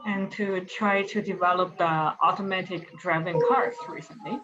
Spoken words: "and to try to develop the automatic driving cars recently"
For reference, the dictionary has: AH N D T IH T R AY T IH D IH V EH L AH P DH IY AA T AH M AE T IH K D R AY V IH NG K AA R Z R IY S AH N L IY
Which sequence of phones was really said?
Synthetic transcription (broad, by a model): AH N T IH T R AY T IH D IH V EH L AH P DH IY AA T AH M AE T IH K D R AY V IH NG K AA R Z R IY S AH N L IY